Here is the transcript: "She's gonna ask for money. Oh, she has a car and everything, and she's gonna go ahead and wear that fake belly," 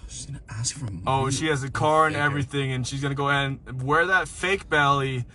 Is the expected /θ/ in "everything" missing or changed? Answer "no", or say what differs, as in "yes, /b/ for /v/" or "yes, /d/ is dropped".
no